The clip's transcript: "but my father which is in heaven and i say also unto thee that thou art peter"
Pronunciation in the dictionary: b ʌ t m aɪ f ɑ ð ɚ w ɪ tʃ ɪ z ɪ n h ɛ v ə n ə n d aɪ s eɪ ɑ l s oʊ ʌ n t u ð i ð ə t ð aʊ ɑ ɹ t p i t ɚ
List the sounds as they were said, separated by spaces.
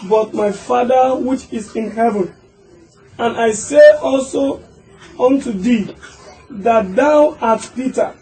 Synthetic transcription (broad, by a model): b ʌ t m aɪ f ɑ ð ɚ w ɪ tʃ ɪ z ɪ n h ɛ v ə n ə n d aɪ s eɪ ɑ l s oʊ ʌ n t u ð i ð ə t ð aʊ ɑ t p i t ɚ